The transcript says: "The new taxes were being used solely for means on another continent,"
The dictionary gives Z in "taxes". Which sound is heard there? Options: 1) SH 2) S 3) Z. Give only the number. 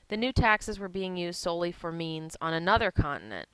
3